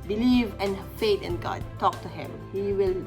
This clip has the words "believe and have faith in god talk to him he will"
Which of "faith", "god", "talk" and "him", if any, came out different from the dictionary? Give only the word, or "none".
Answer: faith